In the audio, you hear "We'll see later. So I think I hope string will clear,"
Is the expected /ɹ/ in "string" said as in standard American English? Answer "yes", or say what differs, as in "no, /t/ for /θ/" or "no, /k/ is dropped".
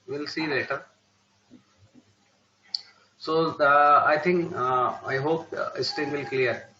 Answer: no, /ɹ/ is dropped